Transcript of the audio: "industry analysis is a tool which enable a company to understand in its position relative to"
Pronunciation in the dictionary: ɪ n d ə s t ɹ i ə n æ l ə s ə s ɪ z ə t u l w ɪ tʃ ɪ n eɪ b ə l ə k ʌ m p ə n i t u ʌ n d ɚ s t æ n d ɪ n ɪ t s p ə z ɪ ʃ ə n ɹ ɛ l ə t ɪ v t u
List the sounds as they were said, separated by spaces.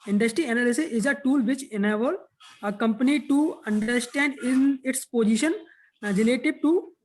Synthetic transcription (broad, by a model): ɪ n d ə s t ɹ i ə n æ l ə s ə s ɪ z ə t u l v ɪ tʃ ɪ n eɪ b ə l ə k ʌ m p ə n i t u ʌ n d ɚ s t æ n d ɪ n ɪ t s p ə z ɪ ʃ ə n ɹ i l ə t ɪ b t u